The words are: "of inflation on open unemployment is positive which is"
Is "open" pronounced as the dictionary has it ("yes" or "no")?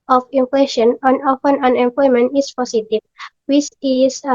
no